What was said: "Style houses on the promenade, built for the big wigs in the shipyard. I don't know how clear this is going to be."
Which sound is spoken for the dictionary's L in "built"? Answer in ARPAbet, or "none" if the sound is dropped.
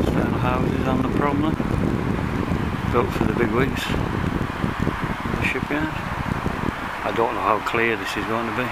none